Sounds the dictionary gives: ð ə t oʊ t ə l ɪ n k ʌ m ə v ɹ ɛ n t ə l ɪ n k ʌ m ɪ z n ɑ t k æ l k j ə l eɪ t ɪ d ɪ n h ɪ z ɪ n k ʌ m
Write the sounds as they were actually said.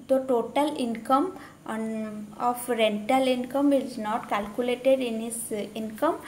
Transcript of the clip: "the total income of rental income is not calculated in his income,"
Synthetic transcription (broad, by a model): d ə t oʊ t ə l ɪ n k ʌ m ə f ɹ ɛ n t ə l ɪ n k ʌ m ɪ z n ɑ t k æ l k j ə l eɪ t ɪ d ɪ n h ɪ s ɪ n k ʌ m